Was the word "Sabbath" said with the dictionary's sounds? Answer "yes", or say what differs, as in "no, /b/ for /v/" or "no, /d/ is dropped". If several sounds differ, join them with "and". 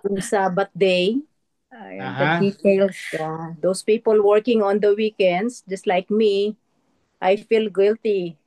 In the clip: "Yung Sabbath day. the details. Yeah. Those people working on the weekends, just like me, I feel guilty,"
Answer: no, /t/ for /θ/